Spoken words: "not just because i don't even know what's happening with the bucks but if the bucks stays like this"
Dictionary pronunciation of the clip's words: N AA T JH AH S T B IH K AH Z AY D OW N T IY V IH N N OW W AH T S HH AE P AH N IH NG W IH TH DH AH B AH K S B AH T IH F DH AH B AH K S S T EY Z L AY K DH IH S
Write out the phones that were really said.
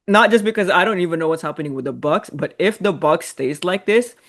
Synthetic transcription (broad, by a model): N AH T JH AH S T B IH K AH Z AY D OW N T IY V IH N N OW W AH T S HH AE P AH N IH NG W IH DH AH B AH K S B AH T IH F DH AH B AH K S S T EY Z L AY K DH IH S